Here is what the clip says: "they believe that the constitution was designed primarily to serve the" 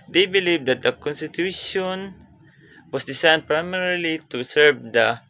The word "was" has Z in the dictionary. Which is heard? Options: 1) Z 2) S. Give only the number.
2